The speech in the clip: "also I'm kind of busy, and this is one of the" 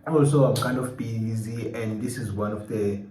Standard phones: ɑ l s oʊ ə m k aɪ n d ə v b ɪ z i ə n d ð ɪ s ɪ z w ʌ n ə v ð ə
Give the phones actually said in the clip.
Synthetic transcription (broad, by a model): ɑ l s oʊ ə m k aɪ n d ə f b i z i ə n d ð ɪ s ɪ z w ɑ n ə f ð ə